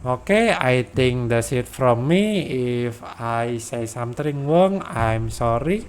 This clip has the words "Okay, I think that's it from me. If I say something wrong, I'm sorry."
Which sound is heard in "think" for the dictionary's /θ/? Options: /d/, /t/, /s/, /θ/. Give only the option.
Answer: /t/